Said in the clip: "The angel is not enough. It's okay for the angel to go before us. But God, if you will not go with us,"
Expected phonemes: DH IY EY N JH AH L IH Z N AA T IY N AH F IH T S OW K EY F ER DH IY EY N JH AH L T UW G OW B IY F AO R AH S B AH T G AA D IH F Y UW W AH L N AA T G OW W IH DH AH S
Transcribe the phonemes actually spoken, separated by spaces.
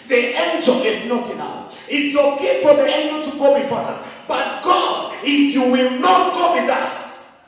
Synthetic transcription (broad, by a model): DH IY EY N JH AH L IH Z N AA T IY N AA IH T S OW K EY F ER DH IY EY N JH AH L T UW G OW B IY F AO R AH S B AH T G AA D IH F Y UW W AH L N AA T G OW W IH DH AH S